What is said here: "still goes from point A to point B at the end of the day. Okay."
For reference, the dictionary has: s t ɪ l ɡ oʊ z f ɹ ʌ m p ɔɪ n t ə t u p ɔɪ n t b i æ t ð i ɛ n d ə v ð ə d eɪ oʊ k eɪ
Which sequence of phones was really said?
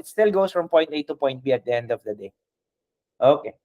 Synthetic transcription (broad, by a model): s t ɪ l ɡ oʊ s f ɹ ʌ m p ɔɪ n t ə t u p ɔɪ n t b i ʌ t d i ɛ n d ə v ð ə d eɪ oʊ k eɪ